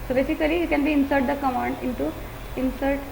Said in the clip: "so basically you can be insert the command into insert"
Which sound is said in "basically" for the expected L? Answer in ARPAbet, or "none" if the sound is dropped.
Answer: none